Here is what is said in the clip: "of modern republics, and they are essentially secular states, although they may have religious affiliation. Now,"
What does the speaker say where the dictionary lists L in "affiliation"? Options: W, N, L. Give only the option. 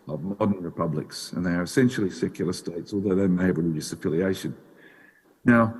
L